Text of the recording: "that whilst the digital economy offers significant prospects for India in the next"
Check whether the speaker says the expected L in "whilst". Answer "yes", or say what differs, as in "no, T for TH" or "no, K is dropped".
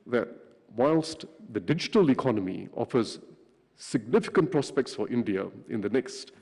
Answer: yes